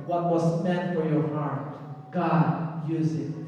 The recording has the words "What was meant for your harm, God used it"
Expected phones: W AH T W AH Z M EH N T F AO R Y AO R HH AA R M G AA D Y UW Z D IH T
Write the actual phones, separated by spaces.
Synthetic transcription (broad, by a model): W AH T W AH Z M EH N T F AO R Y AO R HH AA R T G AA D Y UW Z IH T